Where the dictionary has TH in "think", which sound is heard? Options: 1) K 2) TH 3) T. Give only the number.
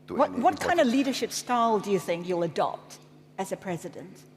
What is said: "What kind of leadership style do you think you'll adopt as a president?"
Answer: 2